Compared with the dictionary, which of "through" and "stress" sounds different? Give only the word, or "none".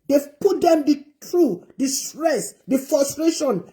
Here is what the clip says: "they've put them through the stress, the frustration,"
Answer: through